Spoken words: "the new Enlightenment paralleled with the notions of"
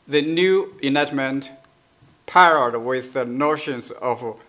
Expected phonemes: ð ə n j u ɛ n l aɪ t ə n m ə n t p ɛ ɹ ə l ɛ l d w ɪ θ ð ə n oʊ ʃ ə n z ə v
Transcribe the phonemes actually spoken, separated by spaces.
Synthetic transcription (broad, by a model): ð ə n j u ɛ n aɪ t m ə n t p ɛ ɹ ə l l d w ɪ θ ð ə n oʊ ʃ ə n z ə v